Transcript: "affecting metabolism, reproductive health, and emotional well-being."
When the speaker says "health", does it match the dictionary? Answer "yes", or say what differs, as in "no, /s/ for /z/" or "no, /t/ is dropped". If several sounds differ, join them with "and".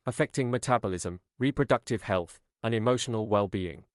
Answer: yes